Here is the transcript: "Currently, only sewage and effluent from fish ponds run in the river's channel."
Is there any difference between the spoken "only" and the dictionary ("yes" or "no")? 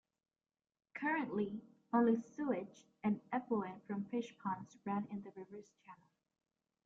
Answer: yes